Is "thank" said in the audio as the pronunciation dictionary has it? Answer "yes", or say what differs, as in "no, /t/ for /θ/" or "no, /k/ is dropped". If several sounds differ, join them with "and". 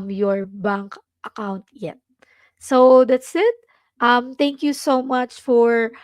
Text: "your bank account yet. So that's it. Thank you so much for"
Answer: no, /t/ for /θ/